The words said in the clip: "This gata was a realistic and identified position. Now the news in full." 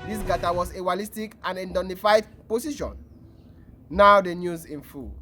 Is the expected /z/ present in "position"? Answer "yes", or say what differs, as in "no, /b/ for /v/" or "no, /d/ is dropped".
no, /s/ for /z/